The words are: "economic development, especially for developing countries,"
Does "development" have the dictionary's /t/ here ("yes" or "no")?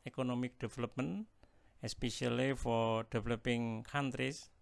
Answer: no